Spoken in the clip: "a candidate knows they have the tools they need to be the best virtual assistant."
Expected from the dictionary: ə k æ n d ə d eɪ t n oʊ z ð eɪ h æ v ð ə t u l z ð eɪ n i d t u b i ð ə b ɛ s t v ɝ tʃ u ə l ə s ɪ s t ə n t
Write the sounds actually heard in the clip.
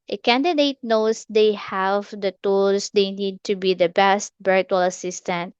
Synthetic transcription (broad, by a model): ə k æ n d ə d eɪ t n oʊ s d eɪ h æ v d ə t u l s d eɪ n i d t u b i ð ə b ɛ s t b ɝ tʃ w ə l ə s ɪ s t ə n t